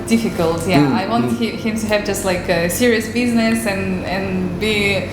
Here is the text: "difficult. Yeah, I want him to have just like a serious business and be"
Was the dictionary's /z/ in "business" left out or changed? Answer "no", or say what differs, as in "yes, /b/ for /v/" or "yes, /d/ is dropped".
no